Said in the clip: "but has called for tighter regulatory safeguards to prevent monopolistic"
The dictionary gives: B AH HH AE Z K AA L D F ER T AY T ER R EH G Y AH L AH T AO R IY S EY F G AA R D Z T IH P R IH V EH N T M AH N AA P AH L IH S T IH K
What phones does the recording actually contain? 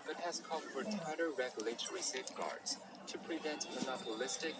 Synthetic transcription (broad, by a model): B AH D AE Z K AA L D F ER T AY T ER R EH G Y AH L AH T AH R IY S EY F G AA R D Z T IH P R IH V EH N T M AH N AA P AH L IH S T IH K